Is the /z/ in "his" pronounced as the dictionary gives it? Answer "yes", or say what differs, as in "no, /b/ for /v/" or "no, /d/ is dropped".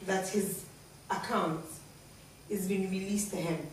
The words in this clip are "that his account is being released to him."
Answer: yes